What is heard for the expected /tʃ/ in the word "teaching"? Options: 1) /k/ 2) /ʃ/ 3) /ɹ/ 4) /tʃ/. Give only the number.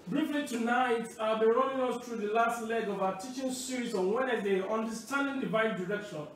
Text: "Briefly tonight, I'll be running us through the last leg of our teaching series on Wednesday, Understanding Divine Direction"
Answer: 4